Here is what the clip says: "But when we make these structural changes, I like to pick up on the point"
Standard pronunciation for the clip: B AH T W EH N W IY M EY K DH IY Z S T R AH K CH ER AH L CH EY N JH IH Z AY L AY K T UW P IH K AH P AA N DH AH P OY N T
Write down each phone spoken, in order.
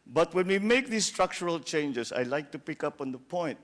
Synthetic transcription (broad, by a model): B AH T W EH N W IY M EY K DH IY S T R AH K CH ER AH L CH EY N JH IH S AY L AY K T UW P IH K AH P AA N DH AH P OY N T